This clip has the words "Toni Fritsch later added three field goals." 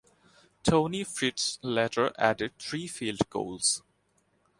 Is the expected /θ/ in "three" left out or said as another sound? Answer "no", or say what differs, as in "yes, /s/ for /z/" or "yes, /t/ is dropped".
yes, /t/ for /θ/